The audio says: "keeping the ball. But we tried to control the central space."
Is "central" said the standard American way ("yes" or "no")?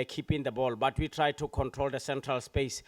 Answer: yes